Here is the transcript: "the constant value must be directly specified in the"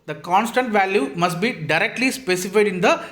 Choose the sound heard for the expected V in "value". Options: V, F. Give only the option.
V